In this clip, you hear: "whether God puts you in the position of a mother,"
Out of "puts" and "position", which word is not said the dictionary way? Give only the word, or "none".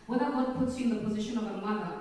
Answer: none